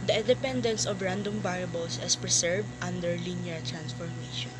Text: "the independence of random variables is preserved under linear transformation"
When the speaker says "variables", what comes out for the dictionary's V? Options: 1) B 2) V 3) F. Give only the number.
1